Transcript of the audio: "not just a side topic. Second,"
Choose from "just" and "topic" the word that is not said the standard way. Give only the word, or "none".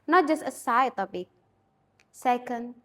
topic